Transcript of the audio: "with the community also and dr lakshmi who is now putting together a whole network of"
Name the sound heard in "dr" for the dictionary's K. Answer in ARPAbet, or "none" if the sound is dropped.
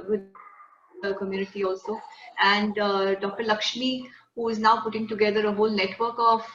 K